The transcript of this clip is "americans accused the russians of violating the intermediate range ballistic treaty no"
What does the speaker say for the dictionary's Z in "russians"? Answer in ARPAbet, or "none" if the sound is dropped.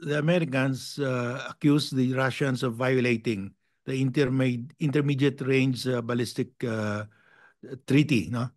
S